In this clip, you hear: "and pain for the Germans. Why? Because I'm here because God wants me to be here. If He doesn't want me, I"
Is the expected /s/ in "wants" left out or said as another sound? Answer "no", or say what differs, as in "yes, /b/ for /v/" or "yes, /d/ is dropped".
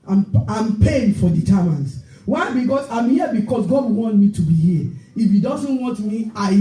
yes, /s/ is dropped